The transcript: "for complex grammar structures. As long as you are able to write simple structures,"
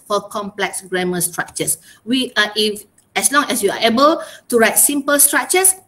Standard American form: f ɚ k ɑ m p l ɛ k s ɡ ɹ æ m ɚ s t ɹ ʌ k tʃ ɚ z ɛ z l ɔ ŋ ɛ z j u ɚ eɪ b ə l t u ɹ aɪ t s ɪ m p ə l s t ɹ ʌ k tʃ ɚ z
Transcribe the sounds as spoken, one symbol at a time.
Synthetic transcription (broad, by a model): f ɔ k ɑ m p l ɛ k s ɡ ɹ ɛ m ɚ s t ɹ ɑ k tʃ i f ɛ s l ɔ ŋ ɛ s j u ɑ eɪ b ə l t u ɹ aɪ t s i m p ə l s t ɹ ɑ k tʃ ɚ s